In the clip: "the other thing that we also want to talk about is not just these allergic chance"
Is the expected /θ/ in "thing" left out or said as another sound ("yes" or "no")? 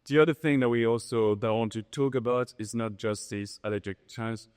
no